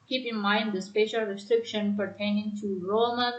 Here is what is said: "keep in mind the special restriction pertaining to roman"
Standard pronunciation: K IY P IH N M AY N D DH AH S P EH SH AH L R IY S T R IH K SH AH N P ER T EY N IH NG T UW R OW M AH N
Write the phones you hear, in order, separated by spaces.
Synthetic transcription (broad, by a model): K IY P IH N M AY N D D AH S P EH SH AH L R IY S T R IH K SH AH N P ER T EY N IH NG T UW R OW M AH